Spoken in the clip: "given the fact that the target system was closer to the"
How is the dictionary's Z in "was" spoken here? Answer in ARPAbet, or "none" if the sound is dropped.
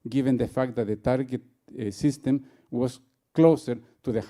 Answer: S